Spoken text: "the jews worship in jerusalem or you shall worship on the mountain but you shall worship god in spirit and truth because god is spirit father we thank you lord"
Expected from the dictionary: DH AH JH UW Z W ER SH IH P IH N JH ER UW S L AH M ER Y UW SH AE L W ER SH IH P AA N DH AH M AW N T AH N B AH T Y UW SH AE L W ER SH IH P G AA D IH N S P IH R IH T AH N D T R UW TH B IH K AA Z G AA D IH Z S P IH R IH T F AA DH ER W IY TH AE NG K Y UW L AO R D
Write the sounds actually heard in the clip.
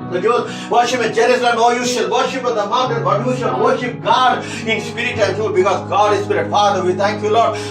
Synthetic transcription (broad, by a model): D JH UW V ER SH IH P IH N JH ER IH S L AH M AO Y UW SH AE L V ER SH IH P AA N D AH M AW T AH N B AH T Y UW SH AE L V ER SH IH P G AA D IH N S P IH R IH T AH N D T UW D B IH K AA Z G AA D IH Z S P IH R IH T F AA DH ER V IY T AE NG K Y UW L AO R D